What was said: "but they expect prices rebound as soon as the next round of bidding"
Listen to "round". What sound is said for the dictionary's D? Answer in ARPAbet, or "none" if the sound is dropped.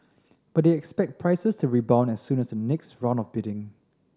none